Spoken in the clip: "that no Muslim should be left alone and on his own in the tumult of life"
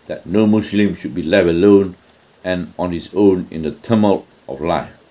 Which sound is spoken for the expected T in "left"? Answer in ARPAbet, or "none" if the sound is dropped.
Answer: none